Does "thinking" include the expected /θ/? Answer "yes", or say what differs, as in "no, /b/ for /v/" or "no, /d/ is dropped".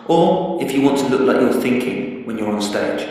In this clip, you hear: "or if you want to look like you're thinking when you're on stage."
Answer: yes